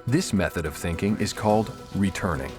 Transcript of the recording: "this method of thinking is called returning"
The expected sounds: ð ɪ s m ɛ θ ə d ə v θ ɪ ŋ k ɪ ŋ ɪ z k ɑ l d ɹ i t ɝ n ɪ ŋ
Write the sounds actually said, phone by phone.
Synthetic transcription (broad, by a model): ð ɪ s m ɛ θ ə d ə v θ ɪ ŋ k ɪ ŋ ɪ z k ɑ l d ɹ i t ɝ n ɪ ŋ